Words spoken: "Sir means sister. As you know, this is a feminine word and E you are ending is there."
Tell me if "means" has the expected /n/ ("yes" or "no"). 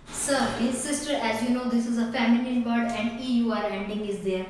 no